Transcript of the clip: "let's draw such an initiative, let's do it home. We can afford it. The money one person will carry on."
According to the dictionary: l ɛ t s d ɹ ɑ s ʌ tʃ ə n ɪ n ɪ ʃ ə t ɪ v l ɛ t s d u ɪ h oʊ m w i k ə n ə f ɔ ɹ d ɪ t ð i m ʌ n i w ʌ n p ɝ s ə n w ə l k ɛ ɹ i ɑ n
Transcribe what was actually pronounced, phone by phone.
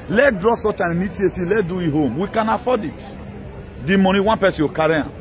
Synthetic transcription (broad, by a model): l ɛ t d ɹ ɑ s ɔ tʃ ə n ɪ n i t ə s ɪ l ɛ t d u ɪ h oʊ m w i k ə n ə f ɔ d ɪ t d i m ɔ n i w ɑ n p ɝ s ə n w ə k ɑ ɹ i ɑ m